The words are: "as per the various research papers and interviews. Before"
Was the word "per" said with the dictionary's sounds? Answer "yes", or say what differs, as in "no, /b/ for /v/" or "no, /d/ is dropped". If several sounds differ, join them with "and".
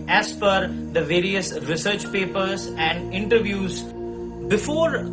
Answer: no, /f/ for /p/